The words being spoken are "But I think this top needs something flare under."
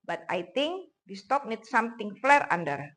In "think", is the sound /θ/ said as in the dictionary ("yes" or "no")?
no